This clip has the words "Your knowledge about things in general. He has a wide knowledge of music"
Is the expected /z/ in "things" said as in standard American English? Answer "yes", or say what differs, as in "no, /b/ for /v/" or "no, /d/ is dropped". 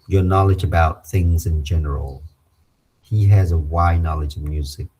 yes